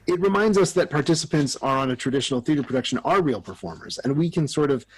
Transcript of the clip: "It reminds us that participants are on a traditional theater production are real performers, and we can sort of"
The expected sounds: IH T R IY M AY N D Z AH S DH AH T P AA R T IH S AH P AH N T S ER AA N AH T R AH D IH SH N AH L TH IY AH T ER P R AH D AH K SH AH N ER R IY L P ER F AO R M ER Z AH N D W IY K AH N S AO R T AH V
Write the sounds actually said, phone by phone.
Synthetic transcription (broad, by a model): IH T R IY M AY N D Z AH S DH AH T P AA R T IH S AH P AH N T S ER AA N AH T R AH D IH SH N L TH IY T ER P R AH D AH K SH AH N ER R IY L P ER F AO R M ER Z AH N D W IY K AH N S AO R T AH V